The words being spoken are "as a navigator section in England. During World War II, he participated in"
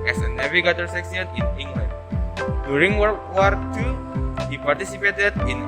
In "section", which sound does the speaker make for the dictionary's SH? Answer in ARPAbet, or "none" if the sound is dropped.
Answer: S